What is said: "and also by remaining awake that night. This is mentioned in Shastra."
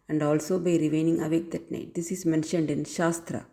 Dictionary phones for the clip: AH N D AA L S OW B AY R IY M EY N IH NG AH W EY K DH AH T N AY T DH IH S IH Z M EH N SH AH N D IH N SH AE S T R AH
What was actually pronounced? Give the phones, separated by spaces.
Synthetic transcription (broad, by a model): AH N D AA L S OW B AY R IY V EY N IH NG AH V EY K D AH T N AY T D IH S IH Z M EH N SH AH N D IH N SH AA S T R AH